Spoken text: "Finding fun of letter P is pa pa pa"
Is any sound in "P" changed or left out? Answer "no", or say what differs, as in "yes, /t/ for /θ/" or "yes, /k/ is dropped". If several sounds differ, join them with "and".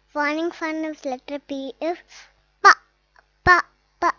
yes, /b/ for /p/